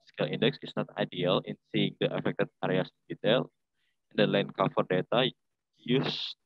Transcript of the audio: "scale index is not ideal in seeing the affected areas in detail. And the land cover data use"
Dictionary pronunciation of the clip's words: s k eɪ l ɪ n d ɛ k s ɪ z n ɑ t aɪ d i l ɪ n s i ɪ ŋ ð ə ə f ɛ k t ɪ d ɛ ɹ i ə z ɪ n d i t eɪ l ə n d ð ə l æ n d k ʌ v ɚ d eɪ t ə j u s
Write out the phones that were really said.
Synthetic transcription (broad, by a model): s k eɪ l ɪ n d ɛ k s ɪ s n ɑ t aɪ d i l ɪ n s i ɪ ŋ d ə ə f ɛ k t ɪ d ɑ ɹ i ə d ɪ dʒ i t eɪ l ə n d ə l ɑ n k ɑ f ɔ d eɪ t ə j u s